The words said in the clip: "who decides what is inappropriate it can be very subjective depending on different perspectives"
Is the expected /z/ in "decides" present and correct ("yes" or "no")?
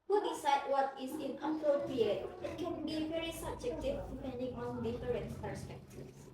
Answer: no